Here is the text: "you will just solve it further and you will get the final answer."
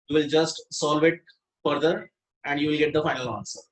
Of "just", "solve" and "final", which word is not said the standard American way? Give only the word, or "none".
none